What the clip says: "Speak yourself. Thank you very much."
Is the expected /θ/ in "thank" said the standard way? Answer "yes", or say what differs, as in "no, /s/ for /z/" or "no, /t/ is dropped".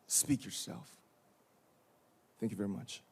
yes